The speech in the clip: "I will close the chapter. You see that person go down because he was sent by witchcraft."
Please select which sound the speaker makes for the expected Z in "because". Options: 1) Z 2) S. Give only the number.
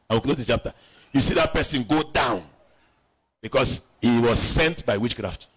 2